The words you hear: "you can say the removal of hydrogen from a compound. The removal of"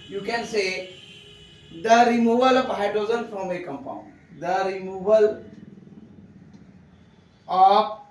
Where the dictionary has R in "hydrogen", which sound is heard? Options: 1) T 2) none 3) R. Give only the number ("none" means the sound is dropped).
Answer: 2